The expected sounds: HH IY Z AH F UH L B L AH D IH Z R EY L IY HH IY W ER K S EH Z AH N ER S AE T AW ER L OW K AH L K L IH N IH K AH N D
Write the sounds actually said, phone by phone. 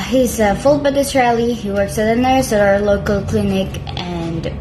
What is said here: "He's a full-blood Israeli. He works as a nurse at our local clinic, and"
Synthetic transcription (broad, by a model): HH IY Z AH F UH L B AH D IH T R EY L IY HH IY W ER K S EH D AH N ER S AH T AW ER L OW K AH L K L IH N IH K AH N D